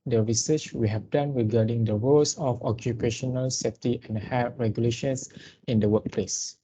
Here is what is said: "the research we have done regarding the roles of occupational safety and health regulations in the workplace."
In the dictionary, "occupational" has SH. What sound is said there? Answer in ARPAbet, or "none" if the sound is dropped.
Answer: SH